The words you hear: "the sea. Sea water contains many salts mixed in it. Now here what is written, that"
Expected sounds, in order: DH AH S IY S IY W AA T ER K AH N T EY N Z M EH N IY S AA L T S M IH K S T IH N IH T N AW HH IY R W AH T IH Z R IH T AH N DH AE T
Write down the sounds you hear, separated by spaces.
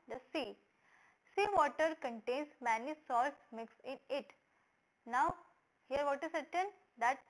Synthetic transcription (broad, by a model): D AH S IY S IY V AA T ER K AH N T EY N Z M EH N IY S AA L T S M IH K S IH N IH T N AW HH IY R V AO T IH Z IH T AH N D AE T